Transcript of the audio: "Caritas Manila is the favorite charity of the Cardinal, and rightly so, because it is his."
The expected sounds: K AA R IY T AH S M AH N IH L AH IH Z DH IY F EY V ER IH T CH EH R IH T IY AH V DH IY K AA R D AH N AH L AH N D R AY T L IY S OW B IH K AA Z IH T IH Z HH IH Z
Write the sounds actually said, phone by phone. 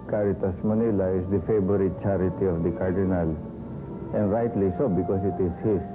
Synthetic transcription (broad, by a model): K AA R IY T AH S M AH N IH L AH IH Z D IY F EY B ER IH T CH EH R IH T IY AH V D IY K AA R D AH N AH L AH N D R AY T L IY S OW B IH K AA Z IH T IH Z HH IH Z